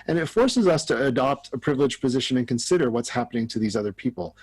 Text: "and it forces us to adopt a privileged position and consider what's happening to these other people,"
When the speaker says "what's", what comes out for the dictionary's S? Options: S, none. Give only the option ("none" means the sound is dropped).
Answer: S